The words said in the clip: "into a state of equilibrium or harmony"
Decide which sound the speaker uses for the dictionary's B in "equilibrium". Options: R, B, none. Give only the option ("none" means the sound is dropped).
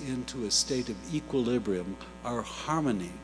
B